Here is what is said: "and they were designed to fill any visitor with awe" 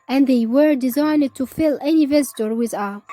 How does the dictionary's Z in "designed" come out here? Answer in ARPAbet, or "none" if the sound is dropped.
Z